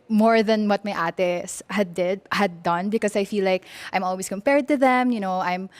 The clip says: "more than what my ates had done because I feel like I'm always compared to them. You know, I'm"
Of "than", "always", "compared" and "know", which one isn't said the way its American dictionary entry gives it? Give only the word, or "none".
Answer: always